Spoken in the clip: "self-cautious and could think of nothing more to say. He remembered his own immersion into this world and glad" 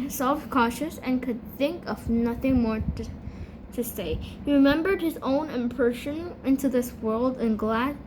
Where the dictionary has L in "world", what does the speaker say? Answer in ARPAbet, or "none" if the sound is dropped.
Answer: L